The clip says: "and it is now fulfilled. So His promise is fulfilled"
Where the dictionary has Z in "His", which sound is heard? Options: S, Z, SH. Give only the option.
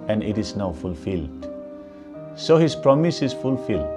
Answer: S